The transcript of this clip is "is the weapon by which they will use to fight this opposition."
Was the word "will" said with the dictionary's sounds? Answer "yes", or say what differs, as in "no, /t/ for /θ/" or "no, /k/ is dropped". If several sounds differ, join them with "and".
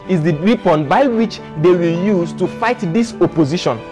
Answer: yes